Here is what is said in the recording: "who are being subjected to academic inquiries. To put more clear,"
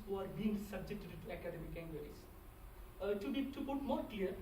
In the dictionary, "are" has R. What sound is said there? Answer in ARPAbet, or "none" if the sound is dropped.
R